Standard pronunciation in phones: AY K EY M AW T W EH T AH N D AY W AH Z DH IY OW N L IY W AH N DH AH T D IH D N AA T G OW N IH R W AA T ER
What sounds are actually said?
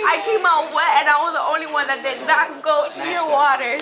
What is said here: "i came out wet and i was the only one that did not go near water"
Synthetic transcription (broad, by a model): AY K EY M AW T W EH AH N AY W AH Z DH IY OW N L IY W AH N DH AH T D IH D N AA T G OW N IH R W AA T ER